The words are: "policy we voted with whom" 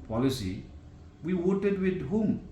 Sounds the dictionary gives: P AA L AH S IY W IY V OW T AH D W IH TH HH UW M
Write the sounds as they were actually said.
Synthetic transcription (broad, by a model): P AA L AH S IY W IY W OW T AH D W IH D HH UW M